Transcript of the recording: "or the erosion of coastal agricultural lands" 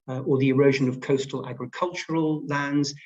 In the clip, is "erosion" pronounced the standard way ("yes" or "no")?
yes